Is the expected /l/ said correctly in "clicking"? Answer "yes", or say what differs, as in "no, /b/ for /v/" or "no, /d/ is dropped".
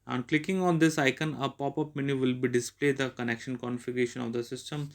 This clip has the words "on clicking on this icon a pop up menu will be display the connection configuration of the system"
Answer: yes